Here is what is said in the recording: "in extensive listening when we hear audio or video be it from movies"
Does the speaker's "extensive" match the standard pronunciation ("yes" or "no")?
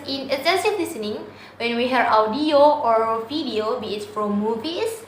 no